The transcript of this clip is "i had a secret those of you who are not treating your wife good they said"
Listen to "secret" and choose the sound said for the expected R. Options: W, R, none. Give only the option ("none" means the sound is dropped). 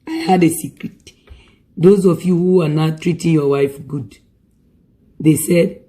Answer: R